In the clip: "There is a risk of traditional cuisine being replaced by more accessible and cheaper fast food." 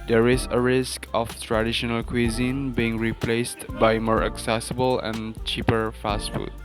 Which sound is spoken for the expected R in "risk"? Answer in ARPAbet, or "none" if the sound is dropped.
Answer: R